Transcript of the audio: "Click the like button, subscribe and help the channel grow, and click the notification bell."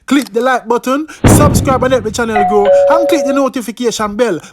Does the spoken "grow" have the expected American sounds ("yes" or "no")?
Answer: no